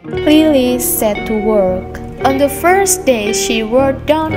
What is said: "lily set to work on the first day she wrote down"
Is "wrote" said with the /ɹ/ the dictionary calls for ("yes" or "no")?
no